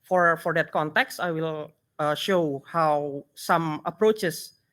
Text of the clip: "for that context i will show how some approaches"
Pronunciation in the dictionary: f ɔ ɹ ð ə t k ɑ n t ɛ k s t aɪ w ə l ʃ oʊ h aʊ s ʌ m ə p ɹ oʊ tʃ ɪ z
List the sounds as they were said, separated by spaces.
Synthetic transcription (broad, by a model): f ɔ ɹ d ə t k ɑ n t ɛ k s t aɪ w ə l ʃ oʊ h aʊ s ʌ m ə p ɹ oʊ tʃ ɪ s